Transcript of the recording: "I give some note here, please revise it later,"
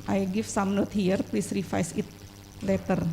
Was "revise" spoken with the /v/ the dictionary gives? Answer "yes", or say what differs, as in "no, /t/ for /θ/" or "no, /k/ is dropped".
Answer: no, /f/ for /v/